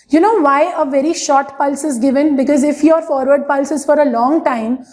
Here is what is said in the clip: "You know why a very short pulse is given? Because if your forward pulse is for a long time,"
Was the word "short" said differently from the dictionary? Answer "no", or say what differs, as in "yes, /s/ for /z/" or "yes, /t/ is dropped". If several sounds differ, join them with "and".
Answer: no